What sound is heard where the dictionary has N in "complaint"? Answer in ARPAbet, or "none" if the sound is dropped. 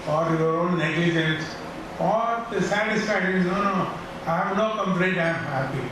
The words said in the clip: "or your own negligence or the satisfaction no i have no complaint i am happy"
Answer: none